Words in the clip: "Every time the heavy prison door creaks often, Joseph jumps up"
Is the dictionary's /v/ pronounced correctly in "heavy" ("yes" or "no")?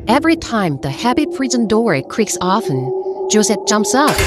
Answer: no